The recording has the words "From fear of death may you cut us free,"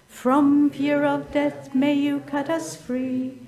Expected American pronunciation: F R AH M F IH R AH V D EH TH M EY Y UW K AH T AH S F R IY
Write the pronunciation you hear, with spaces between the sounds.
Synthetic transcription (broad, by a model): F R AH M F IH R AH V D EH TH M EY Y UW K AH T AH S F R IY